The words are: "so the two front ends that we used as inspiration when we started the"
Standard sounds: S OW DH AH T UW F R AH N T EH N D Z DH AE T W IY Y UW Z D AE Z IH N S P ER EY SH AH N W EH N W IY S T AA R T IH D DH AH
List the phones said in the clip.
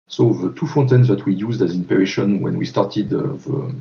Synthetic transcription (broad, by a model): S OW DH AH T UW F AO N T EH N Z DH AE T W IY Y UW Z D AE Z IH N P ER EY SH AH N W EH N W IY S T AA R T IH D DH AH